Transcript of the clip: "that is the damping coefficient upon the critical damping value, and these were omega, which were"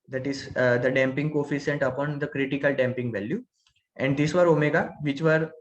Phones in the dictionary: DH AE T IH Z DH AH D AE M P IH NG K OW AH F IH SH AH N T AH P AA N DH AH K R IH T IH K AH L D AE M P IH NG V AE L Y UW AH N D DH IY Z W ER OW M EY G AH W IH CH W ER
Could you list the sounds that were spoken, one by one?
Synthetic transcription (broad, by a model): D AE T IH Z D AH D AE M P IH NG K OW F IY S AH N T AH P AA N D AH K R IH T IH K AH L D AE M P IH NG V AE L Y UW AH N D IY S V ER OW M EY G AH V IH CH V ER